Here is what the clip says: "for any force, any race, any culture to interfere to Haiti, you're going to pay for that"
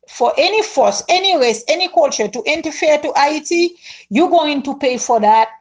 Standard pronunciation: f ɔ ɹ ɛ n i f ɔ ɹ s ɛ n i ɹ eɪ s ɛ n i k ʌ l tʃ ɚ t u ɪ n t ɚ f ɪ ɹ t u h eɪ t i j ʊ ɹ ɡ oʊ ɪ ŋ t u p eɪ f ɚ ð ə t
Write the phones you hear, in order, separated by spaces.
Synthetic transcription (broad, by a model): f ɔ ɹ ɛ n i f ɔ s ɛ n i ɹ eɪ s ɛ n i k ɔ l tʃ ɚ t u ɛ n t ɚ f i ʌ t u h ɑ t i j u ɡ oʊ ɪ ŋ t u p eɪ f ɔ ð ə t